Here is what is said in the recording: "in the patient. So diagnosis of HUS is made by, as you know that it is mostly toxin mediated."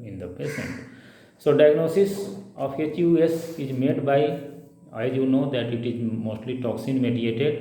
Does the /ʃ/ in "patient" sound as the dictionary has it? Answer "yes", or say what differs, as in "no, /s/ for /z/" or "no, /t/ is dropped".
no, /s/ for /ʃ/